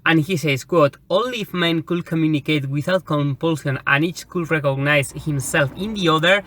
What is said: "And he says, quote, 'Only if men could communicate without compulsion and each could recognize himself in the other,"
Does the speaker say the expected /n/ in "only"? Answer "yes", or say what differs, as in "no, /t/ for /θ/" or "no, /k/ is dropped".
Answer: no, /n/ is dropped